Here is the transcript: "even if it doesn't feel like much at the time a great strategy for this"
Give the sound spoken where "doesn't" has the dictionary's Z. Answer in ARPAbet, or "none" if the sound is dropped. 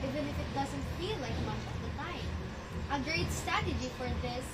Z